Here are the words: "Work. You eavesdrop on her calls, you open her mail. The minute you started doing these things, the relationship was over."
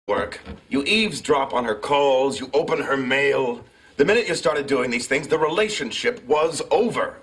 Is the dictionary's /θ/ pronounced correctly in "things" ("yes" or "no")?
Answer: yes